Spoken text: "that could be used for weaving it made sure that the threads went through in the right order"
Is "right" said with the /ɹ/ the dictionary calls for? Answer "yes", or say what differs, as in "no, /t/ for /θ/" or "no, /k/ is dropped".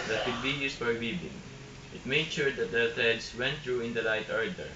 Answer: no, /l/ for /ɹ/